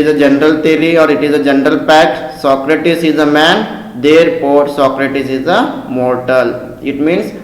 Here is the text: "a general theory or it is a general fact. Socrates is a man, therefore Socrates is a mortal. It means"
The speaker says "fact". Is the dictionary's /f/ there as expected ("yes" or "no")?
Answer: no